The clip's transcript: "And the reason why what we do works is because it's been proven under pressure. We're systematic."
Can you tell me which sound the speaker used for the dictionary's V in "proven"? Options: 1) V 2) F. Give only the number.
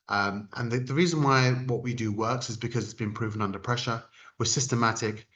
1